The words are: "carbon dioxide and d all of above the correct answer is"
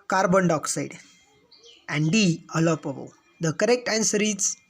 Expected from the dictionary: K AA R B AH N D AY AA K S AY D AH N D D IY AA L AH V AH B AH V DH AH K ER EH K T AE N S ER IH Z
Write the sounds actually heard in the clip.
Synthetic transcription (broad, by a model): K AA R B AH N D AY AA K S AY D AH N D D IY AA L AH P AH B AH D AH K ER EH K T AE N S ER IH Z